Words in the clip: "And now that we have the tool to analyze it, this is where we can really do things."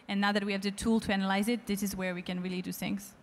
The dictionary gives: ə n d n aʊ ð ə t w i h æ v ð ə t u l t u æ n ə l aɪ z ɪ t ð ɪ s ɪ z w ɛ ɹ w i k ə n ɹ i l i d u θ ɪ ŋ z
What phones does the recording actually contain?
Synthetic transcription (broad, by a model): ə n n aʊ ð ə t w i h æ v ð ə t u l t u æ n ə l aɪ z ɪ t ð ɪ s ɪ z w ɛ ɹ w i k ə n ɹ i l i d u θ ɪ ŋ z